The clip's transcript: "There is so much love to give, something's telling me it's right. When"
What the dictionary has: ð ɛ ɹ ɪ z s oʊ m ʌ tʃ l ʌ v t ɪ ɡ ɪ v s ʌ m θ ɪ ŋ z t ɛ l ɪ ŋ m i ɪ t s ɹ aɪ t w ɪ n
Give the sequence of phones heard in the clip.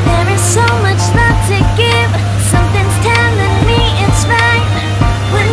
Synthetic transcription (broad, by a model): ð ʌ ɹ ɪ z s oʊ m ʌ tʃ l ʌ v t ɪ ɡ ɪ v s ʌ m θ ɪ ŋ z t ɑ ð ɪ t m i ɪ t s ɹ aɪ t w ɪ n